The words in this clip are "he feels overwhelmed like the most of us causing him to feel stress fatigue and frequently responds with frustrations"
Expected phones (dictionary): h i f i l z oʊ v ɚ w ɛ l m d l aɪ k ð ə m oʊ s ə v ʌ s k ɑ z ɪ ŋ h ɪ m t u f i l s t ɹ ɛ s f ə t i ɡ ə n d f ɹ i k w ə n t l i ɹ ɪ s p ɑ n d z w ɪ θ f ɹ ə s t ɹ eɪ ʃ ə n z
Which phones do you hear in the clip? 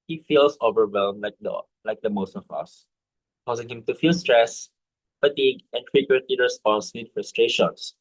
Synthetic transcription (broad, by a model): h i f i l s oʊ v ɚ w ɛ l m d l aɪ k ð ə m oʊ s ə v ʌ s k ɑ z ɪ ŋ h ɪ m t u f i l s t ɹ ɛ s f ə t i ɡ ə n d f ɹ i k w ə n t l i ɹ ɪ s p ɑ n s w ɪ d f ɹ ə s t ɹ eɪ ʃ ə n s